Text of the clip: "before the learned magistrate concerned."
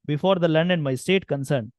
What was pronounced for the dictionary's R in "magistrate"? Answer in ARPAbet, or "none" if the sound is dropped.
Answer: none